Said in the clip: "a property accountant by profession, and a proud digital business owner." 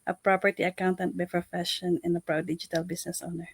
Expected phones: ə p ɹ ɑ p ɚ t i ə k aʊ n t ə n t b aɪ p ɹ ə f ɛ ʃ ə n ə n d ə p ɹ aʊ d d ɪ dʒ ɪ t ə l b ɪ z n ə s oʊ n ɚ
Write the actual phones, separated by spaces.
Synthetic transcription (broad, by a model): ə p ɹ ɑ p ɚ t i ə k aʊ n t ə n t b aɪ p ɹ ə f ɛ ʃ ə n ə n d ə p ɹ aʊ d d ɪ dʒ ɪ t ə l b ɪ s n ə s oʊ n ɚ